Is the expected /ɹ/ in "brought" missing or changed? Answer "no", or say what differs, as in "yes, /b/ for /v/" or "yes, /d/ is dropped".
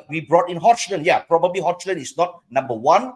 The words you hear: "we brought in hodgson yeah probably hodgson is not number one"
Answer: no